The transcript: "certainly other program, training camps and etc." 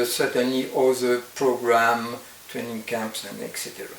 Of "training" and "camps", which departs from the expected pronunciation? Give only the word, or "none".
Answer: none